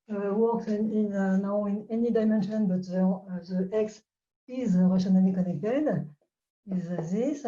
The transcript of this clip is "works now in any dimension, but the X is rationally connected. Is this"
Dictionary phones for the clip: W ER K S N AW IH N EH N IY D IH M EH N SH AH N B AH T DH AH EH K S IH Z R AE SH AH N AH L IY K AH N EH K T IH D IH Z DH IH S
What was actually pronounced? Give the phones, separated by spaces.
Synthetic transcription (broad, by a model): W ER K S N AW IH N EH N IY D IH M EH N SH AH N B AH T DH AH EH K S IH Z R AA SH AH N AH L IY K AH N EH K T IH D IH Z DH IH S